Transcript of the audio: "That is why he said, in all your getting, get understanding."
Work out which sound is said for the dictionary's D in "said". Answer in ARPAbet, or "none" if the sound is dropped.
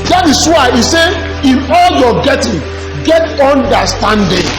none